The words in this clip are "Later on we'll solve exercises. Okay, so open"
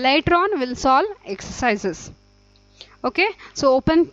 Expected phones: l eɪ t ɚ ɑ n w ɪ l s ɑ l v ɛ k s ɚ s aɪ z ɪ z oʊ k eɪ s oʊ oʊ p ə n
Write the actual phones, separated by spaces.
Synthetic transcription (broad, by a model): l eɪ t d ɑ n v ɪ l s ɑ l ɛ k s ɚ s aɪ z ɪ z oʊ k eɪ s oʊ oʊ p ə n